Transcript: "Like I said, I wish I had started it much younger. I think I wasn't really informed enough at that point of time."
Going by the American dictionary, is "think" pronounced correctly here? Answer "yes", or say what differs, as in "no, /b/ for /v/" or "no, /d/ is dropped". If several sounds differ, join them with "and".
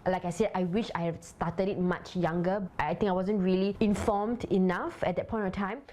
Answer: no, /t/ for /θ/